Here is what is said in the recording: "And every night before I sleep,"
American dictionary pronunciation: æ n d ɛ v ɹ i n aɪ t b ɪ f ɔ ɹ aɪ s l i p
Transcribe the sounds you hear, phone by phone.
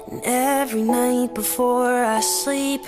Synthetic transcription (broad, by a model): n ɛ v ɹ i n aɪ t b ɪ f ɔ ɹ aɪ s l i p